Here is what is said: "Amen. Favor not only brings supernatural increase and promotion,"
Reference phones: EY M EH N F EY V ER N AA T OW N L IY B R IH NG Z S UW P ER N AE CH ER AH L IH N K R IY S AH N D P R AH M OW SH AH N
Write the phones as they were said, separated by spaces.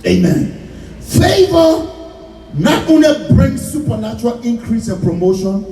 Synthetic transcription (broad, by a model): EY M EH N F EY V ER N AA T OW N L IY B R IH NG S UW P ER N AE CH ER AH L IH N K R IY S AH N P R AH M OW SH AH N